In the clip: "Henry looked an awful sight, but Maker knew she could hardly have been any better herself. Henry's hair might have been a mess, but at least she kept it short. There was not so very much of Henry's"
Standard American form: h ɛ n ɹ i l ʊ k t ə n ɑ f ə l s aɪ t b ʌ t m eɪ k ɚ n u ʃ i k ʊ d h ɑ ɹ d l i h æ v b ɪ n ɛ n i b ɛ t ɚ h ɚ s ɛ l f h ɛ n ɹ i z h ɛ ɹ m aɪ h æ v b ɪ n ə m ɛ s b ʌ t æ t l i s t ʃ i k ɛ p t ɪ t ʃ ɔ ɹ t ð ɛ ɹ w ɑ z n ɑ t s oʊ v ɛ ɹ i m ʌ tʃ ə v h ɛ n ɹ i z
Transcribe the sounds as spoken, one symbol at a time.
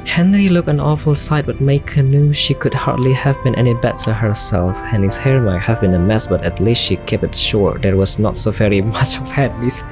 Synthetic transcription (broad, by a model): h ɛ n ɹ i l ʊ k ə n ɑ f ə l s aɪ t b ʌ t m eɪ k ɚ n u ʃ i k ʊ d h ɑ ɹ d l i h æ v b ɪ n ɛ n i b ɛ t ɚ h ɚ s ɛ l f h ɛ n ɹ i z h ɛ ɹ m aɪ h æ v b ɪ n ə m ɛ s b ʌ t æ t l i s t ʃ i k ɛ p ɪ t ʃ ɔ ɹ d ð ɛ ɹ w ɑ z n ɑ t s oʊ v ɛ ɹ i m ʌ tʃ ə v h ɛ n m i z